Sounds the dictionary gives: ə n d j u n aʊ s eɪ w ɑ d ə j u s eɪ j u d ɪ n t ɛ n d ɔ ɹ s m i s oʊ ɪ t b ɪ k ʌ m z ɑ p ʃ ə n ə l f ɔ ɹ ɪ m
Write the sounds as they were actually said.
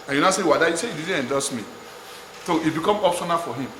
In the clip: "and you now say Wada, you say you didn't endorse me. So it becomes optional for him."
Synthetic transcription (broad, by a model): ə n j u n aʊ s eɪ w ɑ d ə j u s eɪ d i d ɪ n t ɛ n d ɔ s m i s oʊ ɪ t b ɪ k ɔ m ɑ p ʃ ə n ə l f ɔ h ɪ m